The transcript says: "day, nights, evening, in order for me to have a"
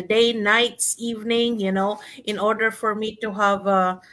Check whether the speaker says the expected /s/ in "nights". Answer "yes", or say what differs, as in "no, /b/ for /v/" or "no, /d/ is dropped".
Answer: yes